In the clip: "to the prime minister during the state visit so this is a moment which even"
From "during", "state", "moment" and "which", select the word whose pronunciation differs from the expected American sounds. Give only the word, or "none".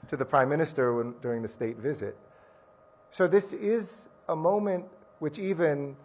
none